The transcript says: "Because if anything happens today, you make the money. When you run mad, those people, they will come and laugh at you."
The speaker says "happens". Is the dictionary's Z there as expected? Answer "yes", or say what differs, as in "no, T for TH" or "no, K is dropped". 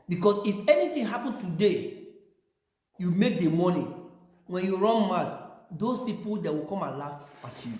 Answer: no, Z is dropped